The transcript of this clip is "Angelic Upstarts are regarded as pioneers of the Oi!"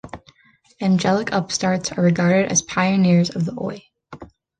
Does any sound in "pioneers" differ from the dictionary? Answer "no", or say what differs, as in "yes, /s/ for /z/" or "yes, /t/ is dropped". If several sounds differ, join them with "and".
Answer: no